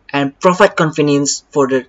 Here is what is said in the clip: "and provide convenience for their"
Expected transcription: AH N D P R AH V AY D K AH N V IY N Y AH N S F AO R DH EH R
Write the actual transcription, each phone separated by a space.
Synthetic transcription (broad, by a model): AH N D P R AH F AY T K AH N F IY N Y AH N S F AO R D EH